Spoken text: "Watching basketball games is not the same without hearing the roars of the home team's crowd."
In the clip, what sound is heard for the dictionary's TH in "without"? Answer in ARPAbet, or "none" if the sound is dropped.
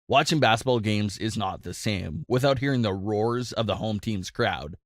TH